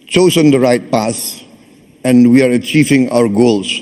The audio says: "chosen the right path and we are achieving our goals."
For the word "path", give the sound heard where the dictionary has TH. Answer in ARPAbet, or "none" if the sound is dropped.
S